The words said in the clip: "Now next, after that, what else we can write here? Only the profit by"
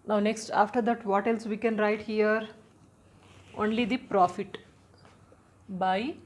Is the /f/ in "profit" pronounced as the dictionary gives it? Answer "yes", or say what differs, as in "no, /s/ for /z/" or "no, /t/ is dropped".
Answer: yes